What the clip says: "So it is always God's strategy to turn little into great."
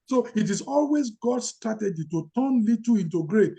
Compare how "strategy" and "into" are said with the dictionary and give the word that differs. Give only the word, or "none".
strategy